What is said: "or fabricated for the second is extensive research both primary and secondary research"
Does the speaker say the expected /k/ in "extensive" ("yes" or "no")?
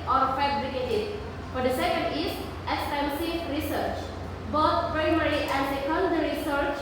no